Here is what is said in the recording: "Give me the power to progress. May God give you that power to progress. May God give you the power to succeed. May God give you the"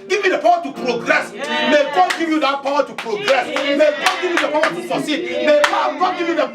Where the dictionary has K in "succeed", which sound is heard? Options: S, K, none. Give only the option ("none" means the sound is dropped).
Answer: none